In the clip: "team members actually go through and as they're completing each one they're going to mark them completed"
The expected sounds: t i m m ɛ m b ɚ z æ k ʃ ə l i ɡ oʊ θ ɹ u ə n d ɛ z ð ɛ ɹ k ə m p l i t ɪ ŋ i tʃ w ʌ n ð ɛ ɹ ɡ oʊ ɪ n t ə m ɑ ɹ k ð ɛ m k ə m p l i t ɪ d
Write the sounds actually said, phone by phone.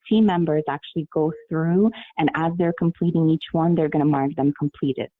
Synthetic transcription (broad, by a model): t i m m ɛ m b ɚ z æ k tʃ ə l i ɡ oʊ θ ɹ u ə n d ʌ z ð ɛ ɹ k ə m p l i t ɪ ŋ i tʃ w ʌ n ð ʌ ɹ ɡ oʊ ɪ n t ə m ɑ ɹ k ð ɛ m k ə m p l i t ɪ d